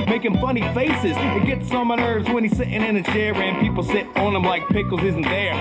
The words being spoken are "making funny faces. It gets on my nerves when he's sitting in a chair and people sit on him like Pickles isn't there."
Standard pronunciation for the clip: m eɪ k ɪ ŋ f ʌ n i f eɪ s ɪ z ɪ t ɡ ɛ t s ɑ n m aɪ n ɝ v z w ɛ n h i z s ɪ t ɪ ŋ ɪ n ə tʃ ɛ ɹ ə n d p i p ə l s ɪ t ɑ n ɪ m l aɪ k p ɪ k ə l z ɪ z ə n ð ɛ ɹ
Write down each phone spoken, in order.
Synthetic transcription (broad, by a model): m eɪ k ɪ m f ʌ n i f eɪ s ɪ z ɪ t ɡ ɛ t s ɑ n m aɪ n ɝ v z w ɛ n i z s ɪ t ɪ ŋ ɪ n ə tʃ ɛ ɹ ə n p i p l s ɪ t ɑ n ɪ m l aɪ k p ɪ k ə l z ɪ z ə n ð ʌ ɹ